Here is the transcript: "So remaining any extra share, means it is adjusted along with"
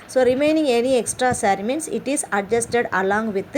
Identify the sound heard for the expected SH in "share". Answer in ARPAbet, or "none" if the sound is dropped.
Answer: S